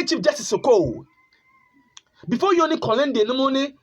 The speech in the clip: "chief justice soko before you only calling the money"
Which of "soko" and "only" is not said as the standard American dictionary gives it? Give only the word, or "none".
only